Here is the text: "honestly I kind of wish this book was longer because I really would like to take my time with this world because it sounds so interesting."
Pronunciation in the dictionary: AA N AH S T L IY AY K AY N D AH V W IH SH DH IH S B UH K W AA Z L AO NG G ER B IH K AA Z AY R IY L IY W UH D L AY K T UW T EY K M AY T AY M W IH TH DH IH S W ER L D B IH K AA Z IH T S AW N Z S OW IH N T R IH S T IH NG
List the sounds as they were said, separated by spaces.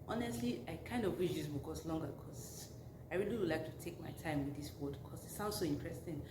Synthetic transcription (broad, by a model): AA N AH S T L IY AY K AY N D AH V W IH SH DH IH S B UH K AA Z L AO NG G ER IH K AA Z AY R IY L IY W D L AY K T UW T EY K M AY T AY M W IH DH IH S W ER D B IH K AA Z IH T S AW N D S OW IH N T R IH S T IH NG